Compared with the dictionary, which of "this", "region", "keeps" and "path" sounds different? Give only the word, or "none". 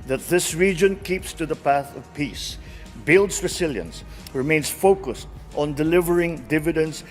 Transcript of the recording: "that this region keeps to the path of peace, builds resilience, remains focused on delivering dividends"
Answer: none